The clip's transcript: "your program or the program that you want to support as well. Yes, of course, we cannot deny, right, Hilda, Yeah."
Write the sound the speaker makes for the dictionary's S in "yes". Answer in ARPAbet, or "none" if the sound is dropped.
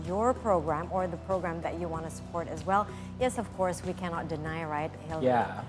S